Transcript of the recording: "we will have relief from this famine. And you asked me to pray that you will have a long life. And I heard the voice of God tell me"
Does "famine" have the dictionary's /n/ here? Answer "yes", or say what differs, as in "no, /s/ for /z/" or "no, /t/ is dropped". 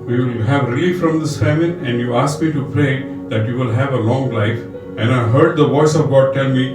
no, /n/ is dropped